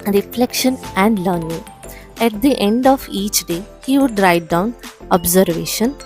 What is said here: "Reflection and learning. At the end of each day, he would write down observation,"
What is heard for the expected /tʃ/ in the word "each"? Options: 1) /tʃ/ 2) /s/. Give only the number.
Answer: 1